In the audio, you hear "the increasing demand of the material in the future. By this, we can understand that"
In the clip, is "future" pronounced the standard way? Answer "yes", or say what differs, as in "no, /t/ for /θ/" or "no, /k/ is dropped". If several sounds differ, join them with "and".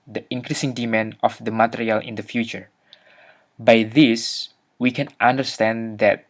yes